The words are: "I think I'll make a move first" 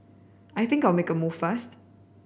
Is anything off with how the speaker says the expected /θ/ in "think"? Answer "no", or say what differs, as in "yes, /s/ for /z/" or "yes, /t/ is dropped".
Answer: no